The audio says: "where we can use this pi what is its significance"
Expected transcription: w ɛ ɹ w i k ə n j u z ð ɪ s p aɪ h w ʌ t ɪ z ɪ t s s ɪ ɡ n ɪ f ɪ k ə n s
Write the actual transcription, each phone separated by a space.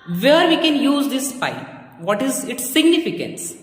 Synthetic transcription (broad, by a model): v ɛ ɹ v i k ə n j u z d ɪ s f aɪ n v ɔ t ɪ z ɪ t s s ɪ ɡ n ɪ f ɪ k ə n s